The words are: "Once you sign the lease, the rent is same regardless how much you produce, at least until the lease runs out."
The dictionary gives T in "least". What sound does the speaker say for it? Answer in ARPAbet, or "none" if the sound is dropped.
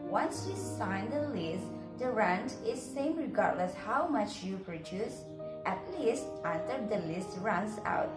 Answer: T